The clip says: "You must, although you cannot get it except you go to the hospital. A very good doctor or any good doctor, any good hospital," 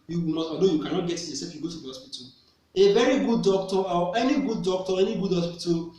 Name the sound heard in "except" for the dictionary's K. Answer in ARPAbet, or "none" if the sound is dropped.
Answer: none